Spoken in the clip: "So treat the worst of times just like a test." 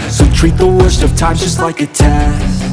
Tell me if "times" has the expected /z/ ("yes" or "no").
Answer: no